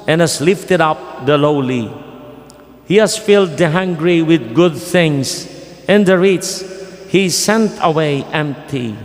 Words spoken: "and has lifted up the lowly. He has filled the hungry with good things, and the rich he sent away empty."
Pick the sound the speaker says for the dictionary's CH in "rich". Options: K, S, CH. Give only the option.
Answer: S